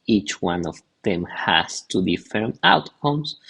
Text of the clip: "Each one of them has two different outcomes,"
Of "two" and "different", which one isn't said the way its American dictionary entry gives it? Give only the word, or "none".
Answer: different